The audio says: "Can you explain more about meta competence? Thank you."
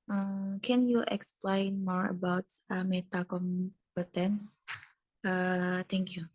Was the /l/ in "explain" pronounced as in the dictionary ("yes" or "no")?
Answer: yes